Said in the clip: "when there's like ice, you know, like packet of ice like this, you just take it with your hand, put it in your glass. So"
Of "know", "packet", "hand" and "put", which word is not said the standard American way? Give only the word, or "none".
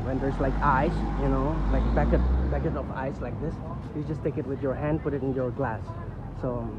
packet